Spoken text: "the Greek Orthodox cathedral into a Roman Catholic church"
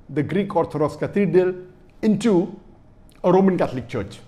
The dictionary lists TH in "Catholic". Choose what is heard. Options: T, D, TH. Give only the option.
T